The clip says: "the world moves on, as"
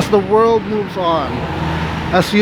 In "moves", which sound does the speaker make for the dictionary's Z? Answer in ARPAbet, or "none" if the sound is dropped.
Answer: Z